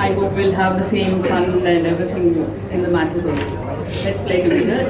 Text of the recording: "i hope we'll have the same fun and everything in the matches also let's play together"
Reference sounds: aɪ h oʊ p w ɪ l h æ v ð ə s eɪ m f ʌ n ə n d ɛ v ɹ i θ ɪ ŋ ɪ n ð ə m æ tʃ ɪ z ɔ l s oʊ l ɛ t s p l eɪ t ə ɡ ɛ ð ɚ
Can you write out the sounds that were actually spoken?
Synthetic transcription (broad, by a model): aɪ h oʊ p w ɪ l h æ v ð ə s eɪ m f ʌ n ə n d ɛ v ɹ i t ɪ ŋ ɪ n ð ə m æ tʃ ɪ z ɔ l oʊ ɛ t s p l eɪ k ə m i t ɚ